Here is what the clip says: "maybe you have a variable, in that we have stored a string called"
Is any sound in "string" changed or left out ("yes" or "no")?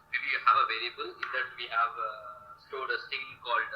yes